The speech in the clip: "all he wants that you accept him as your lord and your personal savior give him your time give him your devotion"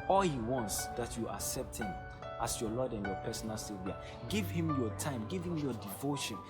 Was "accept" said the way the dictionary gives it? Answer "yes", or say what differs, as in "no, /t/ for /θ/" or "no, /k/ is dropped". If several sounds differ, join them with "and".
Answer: yes